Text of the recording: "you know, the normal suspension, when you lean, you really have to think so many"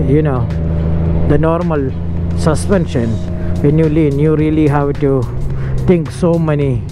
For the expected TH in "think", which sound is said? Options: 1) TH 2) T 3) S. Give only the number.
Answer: 2